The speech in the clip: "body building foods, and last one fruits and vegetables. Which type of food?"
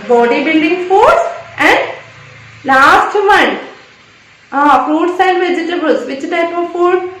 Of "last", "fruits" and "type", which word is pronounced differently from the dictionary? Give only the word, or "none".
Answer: fruits